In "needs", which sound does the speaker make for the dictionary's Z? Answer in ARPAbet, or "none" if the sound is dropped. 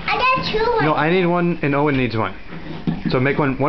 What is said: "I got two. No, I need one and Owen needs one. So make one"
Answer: Z